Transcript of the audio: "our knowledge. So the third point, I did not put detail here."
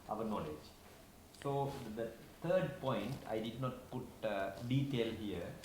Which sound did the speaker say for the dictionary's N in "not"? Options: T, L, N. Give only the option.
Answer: N